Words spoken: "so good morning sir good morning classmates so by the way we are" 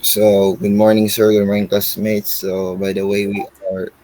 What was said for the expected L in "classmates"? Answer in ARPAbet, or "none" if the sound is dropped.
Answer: none